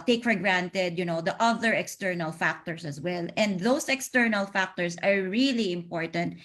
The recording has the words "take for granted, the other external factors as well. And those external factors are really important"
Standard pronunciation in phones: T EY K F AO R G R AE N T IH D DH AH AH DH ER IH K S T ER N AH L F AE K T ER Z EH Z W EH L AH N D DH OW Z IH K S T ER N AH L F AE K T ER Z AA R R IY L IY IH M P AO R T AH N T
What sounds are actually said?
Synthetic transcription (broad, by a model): T EY K F AO R G R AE N T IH D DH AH AH DH ER IH K S T ER N AH L F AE K T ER S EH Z W EH L AH N D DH OW S IH K S T ER N AH L F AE K T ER S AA R R IY L IY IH M P AO R T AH N T